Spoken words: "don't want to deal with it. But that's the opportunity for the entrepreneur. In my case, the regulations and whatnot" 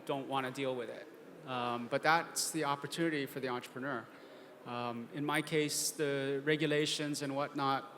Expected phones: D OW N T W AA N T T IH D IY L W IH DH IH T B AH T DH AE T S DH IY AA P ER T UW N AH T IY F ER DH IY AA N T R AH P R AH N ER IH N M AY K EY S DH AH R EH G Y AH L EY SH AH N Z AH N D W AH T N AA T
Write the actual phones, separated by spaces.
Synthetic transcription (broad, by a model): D OW N T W AA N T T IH D IY L W IH DH IH T B AH T DH AE T S DH IY AA P ER T UW N AH T IY F ER DH IY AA N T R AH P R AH N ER IH N M AY K EY S DH AH R EH G Y AH L EY SH AH N Z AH N W AH T N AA T